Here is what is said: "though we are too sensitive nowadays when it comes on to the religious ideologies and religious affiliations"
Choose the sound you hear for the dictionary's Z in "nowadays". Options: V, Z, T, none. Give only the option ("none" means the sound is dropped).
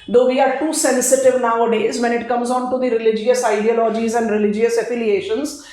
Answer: Z